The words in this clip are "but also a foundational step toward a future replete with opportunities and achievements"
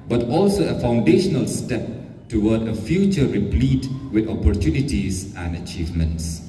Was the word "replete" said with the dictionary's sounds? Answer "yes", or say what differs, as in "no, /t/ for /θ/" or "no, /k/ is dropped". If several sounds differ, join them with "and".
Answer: yes